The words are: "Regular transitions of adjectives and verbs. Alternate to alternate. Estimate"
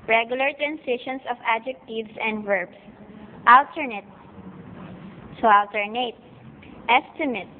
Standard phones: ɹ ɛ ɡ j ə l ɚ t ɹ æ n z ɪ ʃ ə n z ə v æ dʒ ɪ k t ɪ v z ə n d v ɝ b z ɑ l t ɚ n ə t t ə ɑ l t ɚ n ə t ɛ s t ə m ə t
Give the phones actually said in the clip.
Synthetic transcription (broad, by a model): ɹ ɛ ɡ j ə l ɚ t ɹ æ n s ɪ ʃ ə n s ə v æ dʒ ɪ k t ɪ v s ə n d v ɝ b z ɑ l t ɚ n ə t s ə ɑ l t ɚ n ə t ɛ s t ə m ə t